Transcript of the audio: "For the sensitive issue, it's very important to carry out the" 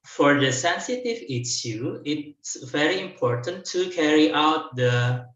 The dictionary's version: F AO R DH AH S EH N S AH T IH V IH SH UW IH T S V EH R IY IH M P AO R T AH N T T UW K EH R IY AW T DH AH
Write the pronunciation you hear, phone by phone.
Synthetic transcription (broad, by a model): F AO R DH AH S EH N S AH T IH V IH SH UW IH T S V EH R IY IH M P AO R T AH N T T UW K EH R IY AW T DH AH